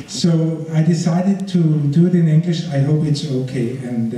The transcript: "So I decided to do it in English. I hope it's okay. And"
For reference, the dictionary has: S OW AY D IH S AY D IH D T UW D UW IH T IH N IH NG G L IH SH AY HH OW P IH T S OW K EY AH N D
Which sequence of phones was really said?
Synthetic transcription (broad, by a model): S OW AY D IH S AY D IH D T UW D UW IH T IH N IH NG G L IH SH AY HH OW P IH T S OW K EY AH N